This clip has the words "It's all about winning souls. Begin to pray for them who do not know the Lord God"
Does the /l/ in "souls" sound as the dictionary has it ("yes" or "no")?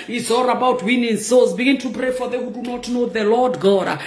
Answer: no